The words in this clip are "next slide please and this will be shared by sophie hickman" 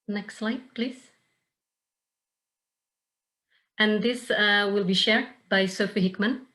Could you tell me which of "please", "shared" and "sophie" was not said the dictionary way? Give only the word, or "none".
none